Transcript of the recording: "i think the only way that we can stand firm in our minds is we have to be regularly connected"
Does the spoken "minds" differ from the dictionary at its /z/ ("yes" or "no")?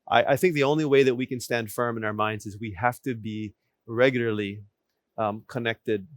no